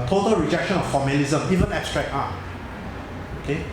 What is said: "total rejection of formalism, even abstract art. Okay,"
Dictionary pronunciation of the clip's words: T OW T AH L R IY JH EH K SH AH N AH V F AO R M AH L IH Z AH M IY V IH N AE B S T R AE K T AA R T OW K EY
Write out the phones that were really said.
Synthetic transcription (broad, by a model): T OW T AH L R IY JH EH K SH AH N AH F AO M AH L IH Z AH M IY V IH N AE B S T R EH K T AA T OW K EY